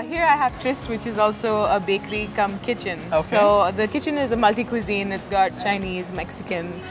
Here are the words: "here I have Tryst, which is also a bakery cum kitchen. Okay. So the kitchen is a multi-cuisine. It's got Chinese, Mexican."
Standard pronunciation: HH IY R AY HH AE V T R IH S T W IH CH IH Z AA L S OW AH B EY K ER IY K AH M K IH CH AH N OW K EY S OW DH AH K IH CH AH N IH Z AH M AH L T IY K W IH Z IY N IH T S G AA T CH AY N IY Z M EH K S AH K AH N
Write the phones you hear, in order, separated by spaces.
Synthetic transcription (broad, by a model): HH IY R AY HH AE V T R IH S T W IH CH IH Z AA L S OW AH B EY K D IY K AH M K IH CH AH N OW S OW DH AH K IH CH AH N IH Z AH M AH L T IY K W IH Z IY N IH T S G AA T CH AY N IY Z M EH K S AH K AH N